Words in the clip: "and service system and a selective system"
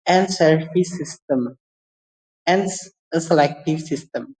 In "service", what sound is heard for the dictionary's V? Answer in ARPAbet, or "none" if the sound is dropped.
F